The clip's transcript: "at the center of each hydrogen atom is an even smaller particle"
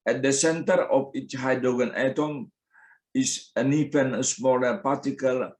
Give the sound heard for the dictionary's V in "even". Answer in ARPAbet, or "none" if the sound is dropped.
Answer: F